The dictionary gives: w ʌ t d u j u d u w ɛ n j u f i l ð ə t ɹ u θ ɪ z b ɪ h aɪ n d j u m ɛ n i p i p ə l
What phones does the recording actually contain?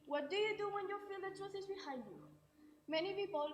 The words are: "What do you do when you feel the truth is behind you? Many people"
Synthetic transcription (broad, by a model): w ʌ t d u j u d u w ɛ n j u f i l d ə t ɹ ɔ s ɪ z b ɪ h aɪ n d j u m ɛ n i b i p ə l